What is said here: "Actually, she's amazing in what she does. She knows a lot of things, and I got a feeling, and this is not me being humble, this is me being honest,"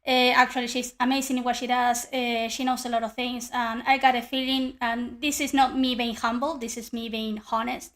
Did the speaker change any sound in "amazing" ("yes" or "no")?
yes